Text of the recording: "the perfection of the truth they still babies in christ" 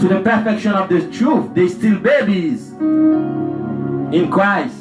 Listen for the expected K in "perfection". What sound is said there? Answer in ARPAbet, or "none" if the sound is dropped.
K